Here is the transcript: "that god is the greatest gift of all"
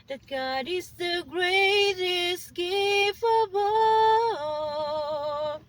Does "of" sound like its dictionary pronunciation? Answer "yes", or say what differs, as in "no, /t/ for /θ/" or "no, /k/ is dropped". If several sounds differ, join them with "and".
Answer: no, /b/ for /v/